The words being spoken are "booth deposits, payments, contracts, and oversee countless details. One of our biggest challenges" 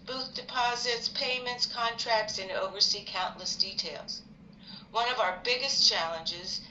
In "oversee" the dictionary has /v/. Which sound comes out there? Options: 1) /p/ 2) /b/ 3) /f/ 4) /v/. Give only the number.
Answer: 4